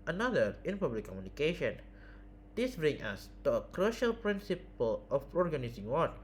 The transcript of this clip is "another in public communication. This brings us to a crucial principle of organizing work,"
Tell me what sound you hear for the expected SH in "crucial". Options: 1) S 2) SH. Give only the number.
2